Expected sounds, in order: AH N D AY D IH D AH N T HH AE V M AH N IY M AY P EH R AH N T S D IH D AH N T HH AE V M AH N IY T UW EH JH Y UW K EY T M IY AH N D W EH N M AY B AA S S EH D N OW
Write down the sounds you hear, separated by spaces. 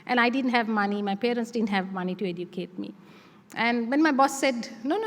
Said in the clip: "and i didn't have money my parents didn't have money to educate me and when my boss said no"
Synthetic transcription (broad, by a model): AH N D AY D IH D AH N T HH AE V M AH N IY M AY P EH R AH N T S D IH D AH N T HH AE V M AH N IY T UW EH JH Y UW K EY T M IY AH N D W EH N M AY B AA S S EH D N OW